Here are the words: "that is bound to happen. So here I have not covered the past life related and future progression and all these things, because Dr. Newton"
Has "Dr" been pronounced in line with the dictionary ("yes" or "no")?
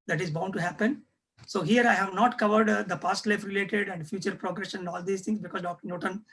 yes